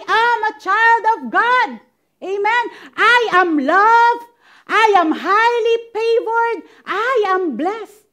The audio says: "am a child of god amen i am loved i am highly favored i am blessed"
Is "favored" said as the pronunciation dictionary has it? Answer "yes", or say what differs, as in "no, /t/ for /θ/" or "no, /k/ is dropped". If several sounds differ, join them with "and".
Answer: no, /p/ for /f/